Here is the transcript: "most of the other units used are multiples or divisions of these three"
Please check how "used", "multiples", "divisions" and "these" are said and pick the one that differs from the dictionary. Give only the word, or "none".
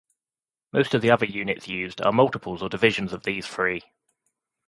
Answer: none